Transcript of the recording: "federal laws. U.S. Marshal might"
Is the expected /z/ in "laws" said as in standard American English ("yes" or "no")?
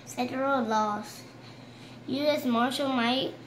no